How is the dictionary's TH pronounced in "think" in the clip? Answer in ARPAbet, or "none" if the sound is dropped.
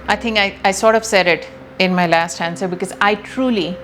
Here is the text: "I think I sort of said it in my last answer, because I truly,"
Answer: T